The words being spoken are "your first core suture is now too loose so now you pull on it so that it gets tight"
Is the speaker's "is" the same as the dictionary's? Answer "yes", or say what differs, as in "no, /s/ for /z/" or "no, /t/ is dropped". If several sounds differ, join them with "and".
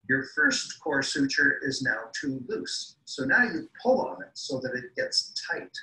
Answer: yes